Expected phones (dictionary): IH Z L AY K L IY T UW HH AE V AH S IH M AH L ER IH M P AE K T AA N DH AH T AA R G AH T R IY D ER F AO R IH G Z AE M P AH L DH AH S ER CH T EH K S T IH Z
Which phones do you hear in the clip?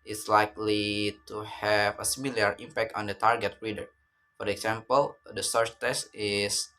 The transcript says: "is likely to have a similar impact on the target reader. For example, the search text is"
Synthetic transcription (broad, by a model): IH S L AY K L IY T UW HH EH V AH S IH M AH L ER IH M P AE K T AA N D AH T AA R G AH T R IY D ER F AO R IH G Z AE M P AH L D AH S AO S T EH S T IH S